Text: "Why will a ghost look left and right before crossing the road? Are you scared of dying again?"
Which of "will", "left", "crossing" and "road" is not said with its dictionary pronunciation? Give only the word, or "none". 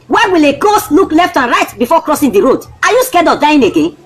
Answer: none